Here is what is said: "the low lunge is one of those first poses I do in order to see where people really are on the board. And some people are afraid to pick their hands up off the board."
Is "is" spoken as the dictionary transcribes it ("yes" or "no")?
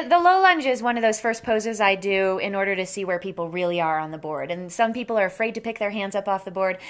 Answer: yes